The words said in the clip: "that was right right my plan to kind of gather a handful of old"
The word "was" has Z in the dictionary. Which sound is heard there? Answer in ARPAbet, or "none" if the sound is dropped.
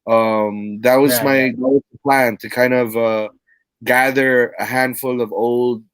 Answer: Z